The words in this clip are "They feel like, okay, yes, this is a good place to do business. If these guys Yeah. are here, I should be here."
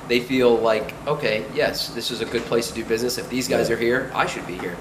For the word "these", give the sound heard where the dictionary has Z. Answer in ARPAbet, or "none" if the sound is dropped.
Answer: Z